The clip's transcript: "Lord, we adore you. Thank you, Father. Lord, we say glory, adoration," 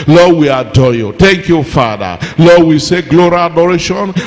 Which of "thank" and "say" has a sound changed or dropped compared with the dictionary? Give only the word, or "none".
thank